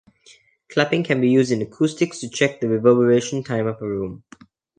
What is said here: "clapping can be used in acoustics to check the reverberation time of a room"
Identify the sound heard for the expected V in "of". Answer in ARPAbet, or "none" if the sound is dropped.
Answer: P